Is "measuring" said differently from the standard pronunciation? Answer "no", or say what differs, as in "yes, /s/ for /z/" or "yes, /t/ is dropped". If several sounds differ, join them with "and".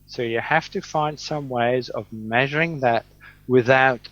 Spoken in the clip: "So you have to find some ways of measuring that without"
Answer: no